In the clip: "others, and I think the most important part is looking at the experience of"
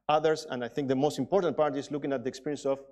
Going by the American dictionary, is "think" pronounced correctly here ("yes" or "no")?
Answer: yes